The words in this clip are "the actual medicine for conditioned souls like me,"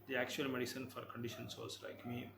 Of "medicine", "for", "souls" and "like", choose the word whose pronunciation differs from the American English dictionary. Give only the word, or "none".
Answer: souls